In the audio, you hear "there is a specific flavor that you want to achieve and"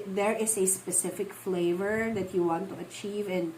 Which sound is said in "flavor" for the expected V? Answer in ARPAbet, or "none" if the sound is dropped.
V